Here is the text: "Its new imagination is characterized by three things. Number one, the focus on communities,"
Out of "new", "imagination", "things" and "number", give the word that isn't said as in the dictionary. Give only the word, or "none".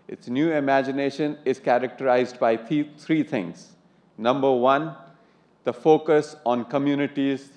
things